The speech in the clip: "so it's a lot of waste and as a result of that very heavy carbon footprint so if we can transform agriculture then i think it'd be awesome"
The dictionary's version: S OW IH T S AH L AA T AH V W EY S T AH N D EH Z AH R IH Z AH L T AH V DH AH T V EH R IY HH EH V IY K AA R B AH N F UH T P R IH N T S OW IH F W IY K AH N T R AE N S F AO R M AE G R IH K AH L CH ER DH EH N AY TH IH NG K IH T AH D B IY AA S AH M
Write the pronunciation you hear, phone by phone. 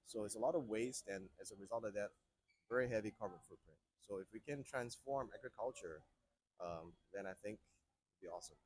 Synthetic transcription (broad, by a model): S OW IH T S AH L AA T AH V W EY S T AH N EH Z AH R IH Z AH L T AH V DH AH T V EH R IY HH EH V IY K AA R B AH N F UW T P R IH N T S OW IH F W IY K AH N T R AE N S F AO R M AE G R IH K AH L CH ER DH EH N AY TH IH NG K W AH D B IY AA S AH M